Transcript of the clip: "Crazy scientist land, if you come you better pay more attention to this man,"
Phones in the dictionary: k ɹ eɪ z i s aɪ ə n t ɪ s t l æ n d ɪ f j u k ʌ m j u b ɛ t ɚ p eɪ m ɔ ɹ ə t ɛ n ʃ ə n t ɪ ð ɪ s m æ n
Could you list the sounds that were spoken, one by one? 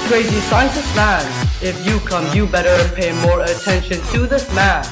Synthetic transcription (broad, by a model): k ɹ eɪ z i s aɪ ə n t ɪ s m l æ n ɪ f j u k ʌ m j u b ɛ t ɚ p eɪ m ɔ ɹ ə t ɛ n ʃ ə n t ɪ ð ɪ s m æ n